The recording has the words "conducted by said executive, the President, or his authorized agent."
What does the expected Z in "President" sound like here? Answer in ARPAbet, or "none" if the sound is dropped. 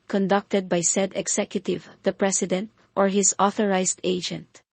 S